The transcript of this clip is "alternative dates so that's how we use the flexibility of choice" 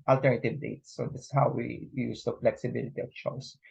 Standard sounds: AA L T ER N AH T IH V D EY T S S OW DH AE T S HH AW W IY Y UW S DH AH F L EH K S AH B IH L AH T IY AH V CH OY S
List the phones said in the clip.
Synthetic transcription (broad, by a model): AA L T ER N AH T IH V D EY T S S OW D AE S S HH AW W IY Y UW S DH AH F L EH K S AH B IH L AH T IY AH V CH OY S